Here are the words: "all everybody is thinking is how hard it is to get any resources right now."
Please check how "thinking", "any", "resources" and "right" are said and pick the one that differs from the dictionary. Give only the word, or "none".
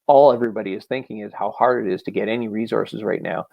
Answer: none